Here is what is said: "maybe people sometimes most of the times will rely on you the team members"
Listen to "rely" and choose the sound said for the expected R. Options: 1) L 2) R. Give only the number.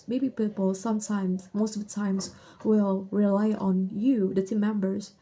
2